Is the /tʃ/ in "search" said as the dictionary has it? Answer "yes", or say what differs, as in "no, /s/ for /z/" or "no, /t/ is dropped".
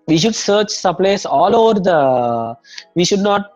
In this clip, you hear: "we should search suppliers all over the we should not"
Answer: yes